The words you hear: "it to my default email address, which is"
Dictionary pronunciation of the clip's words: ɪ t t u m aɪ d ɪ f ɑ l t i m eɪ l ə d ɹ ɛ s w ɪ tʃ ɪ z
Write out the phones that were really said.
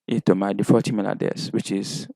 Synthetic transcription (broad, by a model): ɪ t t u m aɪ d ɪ f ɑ t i m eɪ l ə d ɛ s w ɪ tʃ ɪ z